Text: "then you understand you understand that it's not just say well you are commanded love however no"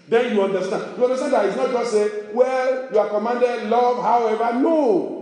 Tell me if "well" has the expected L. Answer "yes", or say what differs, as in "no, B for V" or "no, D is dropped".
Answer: yes